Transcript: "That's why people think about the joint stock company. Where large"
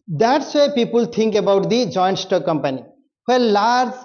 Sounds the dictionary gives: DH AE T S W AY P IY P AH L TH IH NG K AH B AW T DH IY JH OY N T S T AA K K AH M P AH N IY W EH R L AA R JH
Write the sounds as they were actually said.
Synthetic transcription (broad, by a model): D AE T S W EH P IY P AH L T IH NG K AH B AW T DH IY JH OY N T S T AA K K AH M P AH N IY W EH L L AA R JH